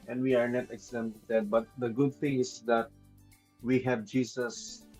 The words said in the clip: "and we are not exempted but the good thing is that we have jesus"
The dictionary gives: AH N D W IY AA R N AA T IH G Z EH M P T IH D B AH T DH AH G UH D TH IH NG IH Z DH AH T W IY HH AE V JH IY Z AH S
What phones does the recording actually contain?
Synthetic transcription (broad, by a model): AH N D W IY AA R N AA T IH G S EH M T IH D B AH T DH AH G UH D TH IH NG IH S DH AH T W IY HH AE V JH IY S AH S